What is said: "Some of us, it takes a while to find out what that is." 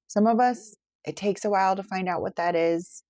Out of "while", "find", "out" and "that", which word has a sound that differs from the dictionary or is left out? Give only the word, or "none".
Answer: none